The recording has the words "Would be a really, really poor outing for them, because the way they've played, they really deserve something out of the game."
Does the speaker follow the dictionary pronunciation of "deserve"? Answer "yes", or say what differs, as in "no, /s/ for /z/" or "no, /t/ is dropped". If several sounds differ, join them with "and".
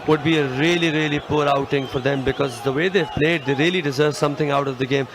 yes